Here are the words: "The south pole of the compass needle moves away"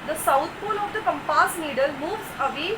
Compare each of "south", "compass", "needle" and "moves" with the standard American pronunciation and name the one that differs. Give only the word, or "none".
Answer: south